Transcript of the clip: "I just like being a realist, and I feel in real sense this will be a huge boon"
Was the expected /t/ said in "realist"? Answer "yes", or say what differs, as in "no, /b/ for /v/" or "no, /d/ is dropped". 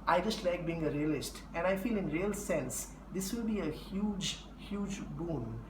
yes